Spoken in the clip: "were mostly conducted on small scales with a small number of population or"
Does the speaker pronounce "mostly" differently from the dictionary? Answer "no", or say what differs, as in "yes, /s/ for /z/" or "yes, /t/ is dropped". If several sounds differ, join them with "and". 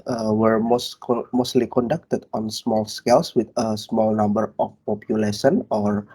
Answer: yes, /s/ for /t/